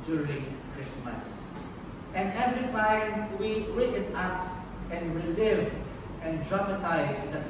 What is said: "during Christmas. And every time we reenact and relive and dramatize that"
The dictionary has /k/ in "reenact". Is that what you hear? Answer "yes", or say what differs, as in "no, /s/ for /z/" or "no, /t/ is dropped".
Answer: no, /k/ is dropped